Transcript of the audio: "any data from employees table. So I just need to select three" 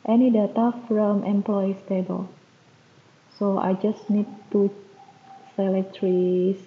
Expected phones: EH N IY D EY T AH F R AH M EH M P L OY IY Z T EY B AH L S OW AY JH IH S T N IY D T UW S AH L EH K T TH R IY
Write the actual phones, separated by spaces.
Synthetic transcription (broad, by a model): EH N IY D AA T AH F R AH M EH M P L OY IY S T EY B AH L S OW AY JH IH S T N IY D T UW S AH L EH T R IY